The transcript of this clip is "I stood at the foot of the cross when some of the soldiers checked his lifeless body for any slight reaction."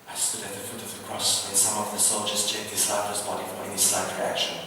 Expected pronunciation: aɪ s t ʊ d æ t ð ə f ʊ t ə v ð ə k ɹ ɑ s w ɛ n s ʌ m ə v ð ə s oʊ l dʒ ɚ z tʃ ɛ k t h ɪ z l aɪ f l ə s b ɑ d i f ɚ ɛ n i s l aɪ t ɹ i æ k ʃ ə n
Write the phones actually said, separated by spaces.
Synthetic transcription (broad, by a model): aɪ s t ʊ d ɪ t ð ə f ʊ t ə v ð ə k ɹ ɑ s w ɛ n s ʌ m ə v ð ə s oʊ l dʒ ɚ z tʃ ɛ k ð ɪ s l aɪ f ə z b ɑ d i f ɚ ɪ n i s l aɪ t ɹ i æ k ʃ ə n